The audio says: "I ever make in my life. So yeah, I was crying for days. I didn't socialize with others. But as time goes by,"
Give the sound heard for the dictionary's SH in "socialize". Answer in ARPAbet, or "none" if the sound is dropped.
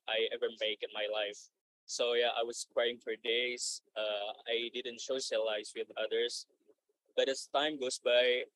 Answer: S